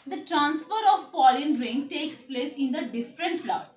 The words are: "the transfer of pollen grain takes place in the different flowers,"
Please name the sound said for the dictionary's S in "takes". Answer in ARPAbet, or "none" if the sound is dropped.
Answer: S